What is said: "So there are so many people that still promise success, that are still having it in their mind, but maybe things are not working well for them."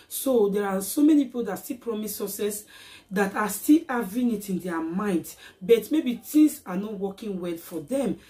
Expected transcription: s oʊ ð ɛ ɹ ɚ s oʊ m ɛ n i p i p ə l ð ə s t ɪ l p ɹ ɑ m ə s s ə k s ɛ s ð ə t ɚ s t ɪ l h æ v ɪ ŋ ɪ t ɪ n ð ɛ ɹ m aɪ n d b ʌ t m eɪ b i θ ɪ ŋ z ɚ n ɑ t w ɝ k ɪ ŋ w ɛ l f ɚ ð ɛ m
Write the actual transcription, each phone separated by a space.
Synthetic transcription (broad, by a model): s oʊ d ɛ ɹ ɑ s oʊ m ɛ n i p i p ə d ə s t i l p ɹ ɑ m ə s s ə s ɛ s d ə t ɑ s t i l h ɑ v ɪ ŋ ɪ t ɪ n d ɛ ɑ m aɪ n d b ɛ t m eɪ b i t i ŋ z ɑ n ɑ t w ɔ k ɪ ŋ w ɛ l f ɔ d ɛ m